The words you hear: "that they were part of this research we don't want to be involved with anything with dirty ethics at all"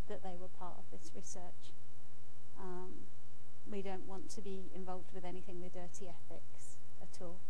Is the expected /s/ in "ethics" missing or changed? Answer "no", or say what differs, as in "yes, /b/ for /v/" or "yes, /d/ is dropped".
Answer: no